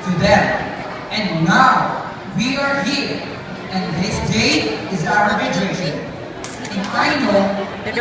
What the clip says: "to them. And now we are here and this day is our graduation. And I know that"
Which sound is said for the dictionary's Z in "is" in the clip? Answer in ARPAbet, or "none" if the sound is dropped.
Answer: Z